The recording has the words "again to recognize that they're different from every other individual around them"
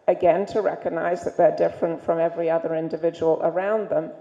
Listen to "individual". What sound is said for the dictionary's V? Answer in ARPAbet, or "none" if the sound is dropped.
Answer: V